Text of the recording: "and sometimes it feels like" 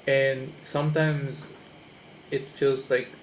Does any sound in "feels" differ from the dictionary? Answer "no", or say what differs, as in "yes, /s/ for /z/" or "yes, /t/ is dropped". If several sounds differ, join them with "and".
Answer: no